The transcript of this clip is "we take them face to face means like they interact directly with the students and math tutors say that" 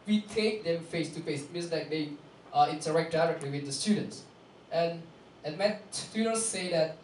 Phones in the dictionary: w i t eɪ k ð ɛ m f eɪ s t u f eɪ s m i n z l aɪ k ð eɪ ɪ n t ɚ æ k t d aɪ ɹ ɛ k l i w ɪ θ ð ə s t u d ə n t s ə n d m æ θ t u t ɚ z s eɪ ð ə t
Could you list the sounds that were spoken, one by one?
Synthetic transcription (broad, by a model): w i t eɪ k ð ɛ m f eɪ s t u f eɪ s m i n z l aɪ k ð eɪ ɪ n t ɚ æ k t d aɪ ɹ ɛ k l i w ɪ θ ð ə s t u d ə n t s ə n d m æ s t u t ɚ s eɪ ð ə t